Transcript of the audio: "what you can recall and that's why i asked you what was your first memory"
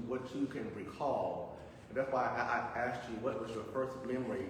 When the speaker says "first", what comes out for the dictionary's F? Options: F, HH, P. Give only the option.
P